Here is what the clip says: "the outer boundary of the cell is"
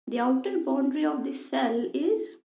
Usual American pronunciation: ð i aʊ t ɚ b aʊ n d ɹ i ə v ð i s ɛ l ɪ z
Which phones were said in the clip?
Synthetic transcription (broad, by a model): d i aʊ t ɚ b aʊ n d ɹ i ə v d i s ɛ l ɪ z